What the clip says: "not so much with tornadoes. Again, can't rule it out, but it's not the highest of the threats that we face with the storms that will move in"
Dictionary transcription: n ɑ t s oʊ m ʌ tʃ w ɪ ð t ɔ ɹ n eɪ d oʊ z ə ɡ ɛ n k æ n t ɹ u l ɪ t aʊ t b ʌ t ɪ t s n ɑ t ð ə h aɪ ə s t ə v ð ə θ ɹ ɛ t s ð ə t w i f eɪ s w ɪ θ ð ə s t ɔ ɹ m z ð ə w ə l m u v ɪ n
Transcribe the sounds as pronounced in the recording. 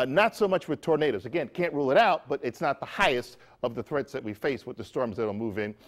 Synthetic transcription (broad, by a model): n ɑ t s oʊ m ʌ tʃ w ɪ ð t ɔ ɹ n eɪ d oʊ z ə ɡ ɛ n k æ n t ɹ u l ɪ t aʊ t b ʌ t ɪ t s n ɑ t ð ə h aɪ ə s t ə v ð ə θ ɹ ɛ t s ð ə t w i f eɪ s w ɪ ð ə s t ɔ ɹ m z ð ə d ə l m u v ɪ n